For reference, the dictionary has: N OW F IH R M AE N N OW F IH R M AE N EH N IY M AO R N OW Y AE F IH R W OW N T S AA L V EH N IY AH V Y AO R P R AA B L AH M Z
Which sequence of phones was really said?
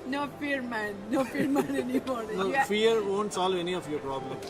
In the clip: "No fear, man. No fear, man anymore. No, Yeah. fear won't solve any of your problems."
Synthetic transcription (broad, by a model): N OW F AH R M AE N N OW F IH R M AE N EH N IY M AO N N OW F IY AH R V OW N T S AA L V EH N IY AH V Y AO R P R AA B L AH M